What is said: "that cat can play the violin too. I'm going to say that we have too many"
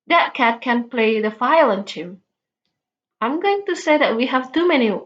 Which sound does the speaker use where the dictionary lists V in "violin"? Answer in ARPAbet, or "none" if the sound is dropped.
F